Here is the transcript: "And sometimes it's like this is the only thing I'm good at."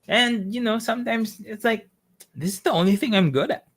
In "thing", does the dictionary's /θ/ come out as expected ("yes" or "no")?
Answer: yes